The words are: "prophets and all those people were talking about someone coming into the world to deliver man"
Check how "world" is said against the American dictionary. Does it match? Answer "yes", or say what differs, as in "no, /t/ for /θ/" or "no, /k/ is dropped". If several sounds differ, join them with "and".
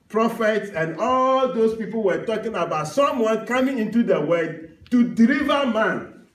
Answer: no, /l/ is dropped